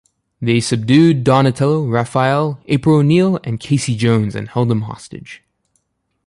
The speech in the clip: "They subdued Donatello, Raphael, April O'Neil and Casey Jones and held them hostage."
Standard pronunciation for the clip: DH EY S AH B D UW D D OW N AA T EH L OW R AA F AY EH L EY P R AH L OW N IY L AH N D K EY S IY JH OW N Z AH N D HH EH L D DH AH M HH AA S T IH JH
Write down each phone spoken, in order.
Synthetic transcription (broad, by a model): DH EY S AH B D UW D D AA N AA T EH L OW R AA F AY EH L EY P R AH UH N IY L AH N K EY S IY JH OW N Z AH N HH EH L D DH AH M HH AA S T IH JH